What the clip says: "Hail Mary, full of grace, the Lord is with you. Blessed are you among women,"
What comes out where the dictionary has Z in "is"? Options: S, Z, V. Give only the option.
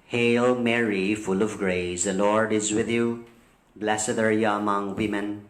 Z